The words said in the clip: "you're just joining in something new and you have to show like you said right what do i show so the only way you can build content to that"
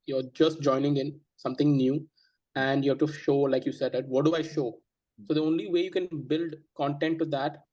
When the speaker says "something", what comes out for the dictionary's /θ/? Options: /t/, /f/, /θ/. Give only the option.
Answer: /t/